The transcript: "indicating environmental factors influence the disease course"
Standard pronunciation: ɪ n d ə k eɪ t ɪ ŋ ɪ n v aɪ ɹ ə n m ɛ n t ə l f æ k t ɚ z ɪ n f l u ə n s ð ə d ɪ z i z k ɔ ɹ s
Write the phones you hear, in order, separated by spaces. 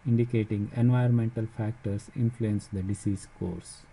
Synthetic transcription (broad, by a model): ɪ n d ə k eɪ t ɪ ŋ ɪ n v aɪ ə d m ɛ n t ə l f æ k t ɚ s ɪ n f l u ə n s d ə d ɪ s i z k ɔ ɹ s